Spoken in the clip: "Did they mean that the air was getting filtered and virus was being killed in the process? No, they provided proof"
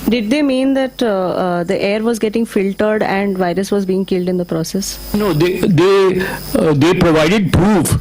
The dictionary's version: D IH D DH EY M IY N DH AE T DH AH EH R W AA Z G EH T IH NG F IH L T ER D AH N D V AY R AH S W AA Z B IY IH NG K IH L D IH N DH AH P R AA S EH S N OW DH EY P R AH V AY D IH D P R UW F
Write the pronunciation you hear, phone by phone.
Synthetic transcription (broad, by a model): D IH D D EY M IY N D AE T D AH EH R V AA Z G EH T IH NG F IH L T ER D AH N D V AY R AH S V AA Z B IY IH NG K IH L D IH N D AH P R AA S EH S N OW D EY P R AH V AY D IH D P R UW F